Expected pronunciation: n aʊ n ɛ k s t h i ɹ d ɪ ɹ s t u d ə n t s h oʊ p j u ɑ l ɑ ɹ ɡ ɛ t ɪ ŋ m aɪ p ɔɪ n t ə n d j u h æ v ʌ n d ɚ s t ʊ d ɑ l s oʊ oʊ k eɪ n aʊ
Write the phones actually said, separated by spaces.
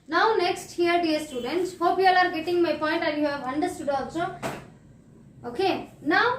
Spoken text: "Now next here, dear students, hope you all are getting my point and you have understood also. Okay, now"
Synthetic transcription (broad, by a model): n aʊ n ɛ k s t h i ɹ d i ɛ s t u d ə n t s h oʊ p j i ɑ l ɑ ɹ ɡ ɛ t ɪ ŋ m aɪ p ɔɪ n t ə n j u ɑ b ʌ n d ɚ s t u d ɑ s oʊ oʊ k eɪ n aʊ